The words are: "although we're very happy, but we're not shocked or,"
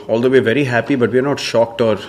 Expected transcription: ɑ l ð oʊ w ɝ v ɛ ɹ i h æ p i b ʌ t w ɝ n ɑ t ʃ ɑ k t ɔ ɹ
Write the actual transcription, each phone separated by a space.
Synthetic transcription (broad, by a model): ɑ l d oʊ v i v ɛ ɹ i h æ p i b ʌ t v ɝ n ɑ t ʃ ɑ k t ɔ ɹ